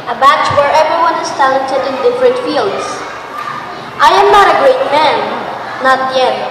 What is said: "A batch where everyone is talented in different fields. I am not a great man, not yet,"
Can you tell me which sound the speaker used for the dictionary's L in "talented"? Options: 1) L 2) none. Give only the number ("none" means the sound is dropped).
2